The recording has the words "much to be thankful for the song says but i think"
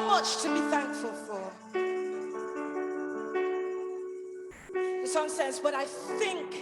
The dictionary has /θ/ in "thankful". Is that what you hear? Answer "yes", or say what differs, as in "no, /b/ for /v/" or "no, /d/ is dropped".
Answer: yes